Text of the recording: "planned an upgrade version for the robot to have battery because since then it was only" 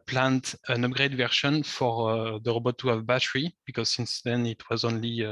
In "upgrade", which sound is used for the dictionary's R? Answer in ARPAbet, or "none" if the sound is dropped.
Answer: R